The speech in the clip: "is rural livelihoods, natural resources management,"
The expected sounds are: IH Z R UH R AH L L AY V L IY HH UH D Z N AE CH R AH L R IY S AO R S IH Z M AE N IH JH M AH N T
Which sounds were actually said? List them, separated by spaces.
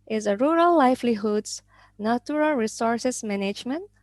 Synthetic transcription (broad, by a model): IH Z R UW R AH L L AY F L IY HH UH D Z N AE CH R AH L R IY S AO R S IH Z M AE N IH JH M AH N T